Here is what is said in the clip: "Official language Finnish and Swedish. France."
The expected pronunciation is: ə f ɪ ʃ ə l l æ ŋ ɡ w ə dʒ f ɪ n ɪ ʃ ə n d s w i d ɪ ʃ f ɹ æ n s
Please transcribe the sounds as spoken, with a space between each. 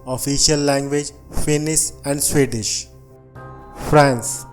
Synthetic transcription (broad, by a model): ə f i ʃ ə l l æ ŋ ɡ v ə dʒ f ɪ n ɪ s ə n d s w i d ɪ ʃ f ɹ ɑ n s